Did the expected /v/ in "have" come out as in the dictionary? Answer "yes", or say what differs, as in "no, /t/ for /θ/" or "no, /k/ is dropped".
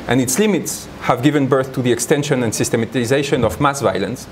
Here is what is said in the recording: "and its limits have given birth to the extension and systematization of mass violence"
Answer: yes